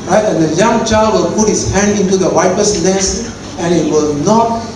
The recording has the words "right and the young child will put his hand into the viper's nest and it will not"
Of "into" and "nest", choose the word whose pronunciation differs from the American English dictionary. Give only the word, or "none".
nest